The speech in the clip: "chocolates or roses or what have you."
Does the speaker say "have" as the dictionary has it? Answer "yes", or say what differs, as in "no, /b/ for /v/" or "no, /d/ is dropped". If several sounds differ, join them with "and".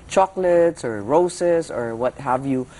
yes